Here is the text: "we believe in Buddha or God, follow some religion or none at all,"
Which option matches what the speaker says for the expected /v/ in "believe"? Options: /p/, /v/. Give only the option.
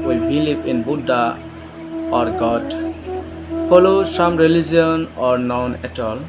/p/